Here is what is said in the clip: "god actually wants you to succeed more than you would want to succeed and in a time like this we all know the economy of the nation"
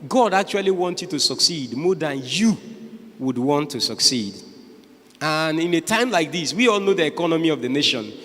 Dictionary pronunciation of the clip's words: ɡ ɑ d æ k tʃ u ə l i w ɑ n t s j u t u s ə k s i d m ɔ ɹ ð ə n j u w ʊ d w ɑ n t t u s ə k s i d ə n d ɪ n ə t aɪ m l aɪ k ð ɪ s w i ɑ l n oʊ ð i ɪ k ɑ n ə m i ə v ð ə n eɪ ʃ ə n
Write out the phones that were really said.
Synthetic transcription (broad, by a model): ɡ ɑ d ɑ k tʃ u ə l i w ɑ n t j u t u s ə k s i d m ɔ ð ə n j u w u d w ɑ n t t u s ə k s i d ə n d ɪ n ə t aɪ m l aɪ k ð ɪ s w i ɑ l n oʊ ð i ɪ k ɑ n ə m i ə v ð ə n eɪ ʃ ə n